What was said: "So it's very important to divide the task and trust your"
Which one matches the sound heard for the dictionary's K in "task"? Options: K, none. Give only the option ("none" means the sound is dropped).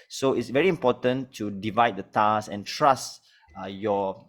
none